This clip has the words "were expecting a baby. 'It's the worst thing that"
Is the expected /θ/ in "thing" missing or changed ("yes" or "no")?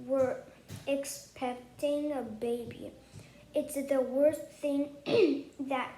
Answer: no